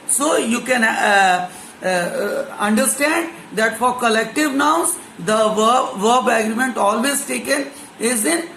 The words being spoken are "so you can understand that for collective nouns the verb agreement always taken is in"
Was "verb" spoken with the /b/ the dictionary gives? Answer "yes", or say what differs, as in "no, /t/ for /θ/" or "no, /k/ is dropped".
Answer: yes